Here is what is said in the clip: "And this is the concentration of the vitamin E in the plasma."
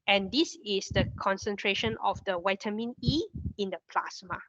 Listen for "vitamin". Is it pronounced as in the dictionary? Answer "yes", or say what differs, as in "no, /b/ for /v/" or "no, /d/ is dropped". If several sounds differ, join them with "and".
no, /w/ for /v/